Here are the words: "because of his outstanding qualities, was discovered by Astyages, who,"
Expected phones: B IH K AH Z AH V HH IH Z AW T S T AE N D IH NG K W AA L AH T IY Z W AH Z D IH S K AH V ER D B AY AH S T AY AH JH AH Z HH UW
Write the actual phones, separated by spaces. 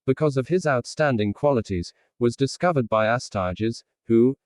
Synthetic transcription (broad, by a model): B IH K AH Z AH V IH Z AW T S T AE N D IH NG K W AA L AH T IY Z W AH Z D IH S K AH V ER D B AY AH S T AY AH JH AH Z HH UW